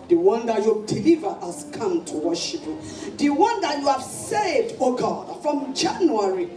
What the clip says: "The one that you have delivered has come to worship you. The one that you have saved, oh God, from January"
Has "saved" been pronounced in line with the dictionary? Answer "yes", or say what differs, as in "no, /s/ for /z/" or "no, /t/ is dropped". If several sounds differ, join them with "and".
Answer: no, /v/ is dropped